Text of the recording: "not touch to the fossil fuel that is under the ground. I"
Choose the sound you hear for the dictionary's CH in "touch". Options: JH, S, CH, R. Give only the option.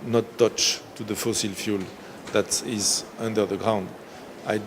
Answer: CH